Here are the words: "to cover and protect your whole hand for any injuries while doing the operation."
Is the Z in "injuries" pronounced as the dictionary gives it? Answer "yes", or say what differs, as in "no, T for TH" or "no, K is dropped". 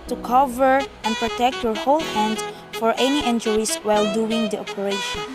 no, S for Z